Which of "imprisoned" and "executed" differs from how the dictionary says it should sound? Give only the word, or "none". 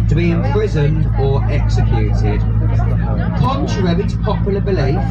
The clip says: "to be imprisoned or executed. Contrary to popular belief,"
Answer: none